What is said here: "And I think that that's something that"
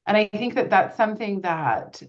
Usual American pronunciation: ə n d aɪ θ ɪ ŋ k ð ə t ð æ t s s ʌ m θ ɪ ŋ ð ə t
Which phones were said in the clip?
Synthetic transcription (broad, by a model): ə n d aɪ θ ɪ ŋ k ð ə t ð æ t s s ʌ m θ ɪ ŋ ð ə t